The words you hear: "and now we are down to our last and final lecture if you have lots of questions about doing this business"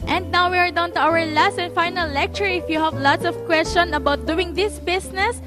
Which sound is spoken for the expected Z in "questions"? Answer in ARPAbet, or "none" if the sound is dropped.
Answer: none